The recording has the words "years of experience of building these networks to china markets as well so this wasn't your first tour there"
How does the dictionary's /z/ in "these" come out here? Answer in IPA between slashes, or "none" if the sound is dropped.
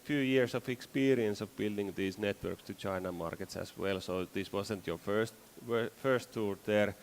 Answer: /s/